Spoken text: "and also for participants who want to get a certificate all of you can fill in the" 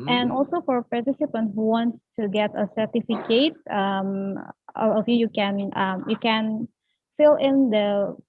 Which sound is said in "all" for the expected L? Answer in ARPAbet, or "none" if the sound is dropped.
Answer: N